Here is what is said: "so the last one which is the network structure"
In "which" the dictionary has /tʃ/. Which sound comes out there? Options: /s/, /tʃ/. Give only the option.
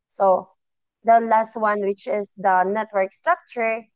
/tʃ/